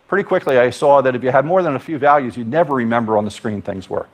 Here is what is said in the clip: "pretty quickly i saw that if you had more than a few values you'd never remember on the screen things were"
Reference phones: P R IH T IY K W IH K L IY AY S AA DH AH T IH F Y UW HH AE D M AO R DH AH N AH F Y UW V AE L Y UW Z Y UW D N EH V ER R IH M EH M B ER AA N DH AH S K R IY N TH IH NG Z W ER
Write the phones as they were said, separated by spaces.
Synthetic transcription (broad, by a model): P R IH T IY K W IH K L IY AY S AA DH AH T IH F Y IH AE D M AO R DH AH N AH F Y UW V AE L Y UW Z Y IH N EH V ER R IH M EH M B ER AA N DH AH S K R IY N TH IH NG Z W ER